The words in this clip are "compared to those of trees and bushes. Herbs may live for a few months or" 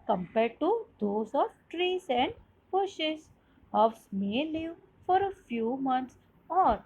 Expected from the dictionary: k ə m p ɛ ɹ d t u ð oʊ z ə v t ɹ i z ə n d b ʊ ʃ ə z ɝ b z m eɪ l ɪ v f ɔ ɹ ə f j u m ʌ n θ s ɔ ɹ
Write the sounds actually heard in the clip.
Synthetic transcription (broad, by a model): k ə m p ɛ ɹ d t u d oʊ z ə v t ɹ i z ə n d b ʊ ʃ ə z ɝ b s m eɪ l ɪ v f ɔ ɹ ə f j u m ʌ n t s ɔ ɹ